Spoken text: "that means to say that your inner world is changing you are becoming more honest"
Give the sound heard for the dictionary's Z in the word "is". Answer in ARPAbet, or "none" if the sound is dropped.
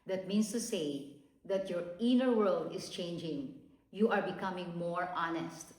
S